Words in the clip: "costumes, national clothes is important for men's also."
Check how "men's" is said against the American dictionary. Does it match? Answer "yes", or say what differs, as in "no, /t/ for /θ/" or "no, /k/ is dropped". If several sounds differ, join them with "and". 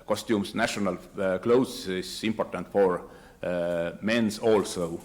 no, /s/ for /z/